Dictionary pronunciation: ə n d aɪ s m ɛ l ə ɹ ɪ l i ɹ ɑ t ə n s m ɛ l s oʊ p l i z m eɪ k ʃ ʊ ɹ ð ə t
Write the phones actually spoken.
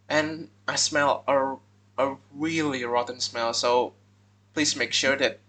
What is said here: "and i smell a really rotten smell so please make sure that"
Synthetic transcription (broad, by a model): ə n aɪ s m ɛ l ə ɹ ɪ l i ɹ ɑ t n s m ɛ l s oʊ p l i z m eɪ k ʃ ʊ ɹ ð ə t